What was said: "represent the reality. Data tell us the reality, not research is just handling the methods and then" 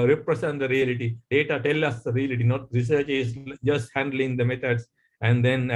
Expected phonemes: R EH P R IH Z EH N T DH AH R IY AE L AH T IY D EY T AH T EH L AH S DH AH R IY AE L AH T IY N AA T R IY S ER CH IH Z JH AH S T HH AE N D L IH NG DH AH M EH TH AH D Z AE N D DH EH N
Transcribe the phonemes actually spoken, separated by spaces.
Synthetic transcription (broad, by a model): R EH P R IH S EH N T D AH R IY AE L AH T IY D EY T AH T EH L AH S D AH R IY AE L AH T IY N AA T R IY S ER CH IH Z JH AH S T HH AE N D L IH NG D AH M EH T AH D S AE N D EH N